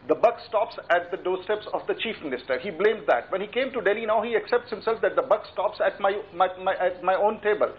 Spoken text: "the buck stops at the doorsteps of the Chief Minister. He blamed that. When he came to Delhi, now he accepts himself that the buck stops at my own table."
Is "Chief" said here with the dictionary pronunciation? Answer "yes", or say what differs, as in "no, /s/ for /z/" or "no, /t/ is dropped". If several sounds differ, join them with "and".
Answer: yes